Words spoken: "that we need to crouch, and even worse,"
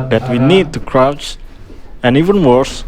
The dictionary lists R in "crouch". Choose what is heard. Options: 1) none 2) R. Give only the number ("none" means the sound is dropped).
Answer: 2